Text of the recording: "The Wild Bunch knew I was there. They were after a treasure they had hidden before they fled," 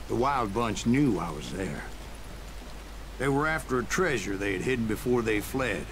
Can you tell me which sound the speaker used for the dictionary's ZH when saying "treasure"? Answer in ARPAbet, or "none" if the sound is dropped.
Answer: ZH